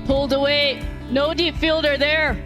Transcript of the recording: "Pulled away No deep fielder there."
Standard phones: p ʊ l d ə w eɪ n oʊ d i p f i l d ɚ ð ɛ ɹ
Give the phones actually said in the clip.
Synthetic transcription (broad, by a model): p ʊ l d ə w eɪ n oʊ d i p f i l d ɚ ð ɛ ɹ